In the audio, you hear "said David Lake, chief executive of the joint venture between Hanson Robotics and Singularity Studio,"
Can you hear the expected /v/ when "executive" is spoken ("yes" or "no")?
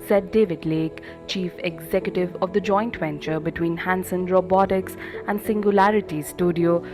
yes